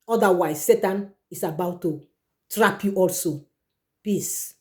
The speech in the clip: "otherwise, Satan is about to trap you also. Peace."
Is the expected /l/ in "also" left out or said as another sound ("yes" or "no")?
no